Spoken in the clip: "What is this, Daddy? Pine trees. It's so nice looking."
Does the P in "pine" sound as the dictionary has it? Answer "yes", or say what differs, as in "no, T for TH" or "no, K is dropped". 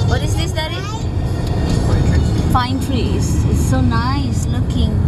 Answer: no, F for P